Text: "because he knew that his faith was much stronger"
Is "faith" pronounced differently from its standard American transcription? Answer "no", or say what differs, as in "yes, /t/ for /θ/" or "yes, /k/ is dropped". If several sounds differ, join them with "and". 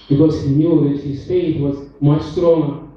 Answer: yes, /t/ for /θ/